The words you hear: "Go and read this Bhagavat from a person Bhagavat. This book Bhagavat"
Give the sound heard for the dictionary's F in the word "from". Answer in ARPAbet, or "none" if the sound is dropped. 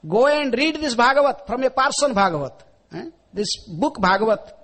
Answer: P